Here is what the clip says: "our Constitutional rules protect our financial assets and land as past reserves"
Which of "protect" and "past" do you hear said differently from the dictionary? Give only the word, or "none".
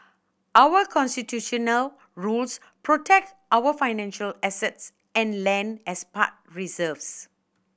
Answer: past